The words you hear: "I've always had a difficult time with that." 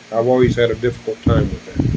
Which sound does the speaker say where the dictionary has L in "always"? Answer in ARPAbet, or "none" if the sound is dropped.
L